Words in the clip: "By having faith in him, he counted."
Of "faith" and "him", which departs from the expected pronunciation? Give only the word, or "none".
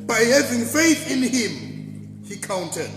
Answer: none